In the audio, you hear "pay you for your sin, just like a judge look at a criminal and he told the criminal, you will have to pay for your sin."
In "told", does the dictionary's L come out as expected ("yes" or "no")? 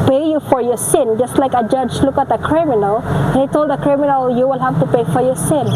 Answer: yes